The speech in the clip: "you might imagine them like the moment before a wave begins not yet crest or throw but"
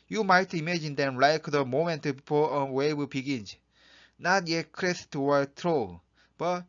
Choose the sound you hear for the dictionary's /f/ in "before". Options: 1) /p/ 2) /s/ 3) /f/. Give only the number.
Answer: 1